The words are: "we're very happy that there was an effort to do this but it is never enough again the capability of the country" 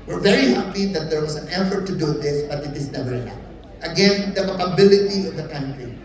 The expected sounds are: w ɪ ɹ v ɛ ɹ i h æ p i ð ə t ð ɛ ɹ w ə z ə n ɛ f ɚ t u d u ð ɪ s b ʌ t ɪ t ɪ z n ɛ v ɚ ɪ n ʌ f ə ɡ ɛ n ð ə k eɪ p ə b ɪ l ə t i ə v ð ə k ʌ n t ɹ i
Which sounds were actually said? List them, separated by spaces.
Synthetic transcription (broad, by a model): w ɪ ɹ v ɛ ɹ i h æ p i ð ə t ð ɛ ɹ w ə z ə n ɛ f ɚ t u d u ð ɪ s b ʌ t ɪ t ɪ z n ɛ v ɚ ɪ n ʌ ə ɡ ɛ n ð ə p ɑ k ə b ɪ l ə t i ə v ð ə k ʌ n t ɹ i